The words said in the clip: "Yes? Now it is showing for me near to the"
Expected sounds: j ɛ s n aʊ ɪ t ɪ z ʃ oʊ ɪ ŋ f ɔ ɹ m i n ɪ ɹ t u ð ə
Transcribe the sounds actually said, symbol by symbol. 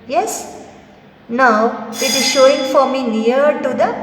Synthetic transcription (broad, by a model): j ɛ s n aʊ ɪ t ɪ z ʃ oʊ ɪ ŋ f ɔ ɹ m i n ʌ ɹ t u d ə